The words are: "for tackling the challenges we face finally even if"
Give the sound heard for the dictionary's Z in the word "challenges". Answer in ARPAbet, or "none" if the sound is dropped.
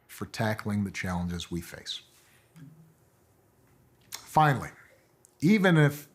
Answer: Z